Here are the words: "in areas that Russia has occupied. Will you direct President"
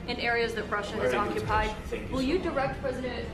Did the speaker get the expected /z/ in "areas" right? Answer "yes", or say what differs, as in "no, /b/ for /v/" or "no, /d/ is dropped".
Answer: yes